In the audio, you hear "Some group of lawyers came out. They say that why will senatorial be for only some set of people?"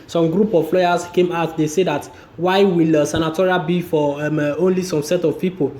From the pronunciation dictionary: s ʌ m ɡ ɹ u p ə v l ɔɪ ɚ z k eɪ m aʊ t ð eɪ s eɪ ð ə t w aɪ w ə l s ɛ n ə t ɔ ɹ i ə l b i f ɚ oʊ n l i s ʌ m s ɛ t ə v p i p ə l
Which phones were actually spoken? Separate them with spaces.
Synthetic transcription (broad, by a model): s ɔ m ɡ ɹ u p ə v l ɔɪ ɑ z k eɪ m aʊ t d eɪ s eɪ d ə t w aɪ w ə l s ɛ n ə t ɔ ɹ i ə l b i f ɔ oʊ n l i s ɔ m s ɛ t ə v p i p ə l